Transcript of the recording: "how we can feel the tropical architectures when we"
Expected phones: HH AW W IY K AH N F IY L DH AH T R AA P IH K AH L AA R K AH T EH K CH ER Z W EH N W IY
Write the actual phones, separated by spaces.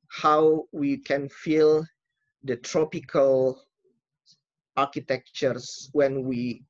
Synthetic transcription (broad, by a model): HH AW W IY K AH N F IY L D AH T R AA P IH K AH L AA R K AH T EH K CH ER S W EH N W IY